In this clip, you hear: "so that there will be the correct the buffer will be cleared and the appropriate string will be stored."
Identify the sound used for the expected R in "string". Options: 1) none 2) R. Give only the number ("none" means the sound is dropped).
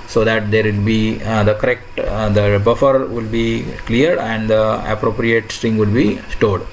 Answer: 2